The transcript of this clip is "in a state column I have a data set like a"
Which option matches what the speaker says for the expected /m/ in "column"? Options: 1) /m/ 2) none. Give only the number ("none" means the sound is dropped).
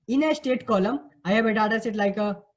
1